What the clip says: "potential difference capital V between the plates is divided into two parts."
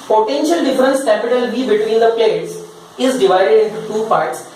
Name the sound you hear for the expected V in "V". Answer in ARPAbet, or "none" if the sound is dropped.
B